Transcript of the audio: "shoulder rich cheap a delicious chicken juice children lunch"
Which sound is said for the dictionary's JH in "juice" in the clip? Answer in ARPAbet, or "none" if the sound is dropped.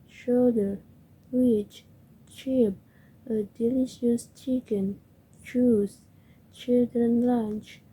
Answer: CH